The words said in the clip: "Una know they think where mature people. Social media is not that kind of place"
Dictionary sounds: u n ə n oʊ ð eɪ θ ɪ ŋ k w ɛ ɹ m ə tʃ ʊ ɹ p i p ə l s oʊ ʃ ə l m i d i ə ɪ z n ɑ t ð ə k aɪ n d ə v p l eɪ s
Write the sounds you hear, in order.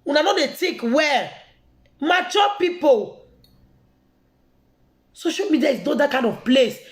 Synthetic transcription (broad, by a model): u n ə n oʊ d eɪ t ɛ k w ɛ m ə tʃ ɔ p i p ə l s oʊ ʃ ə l m i d i ə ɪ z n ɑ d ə k aɪ n d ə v p l eɪ s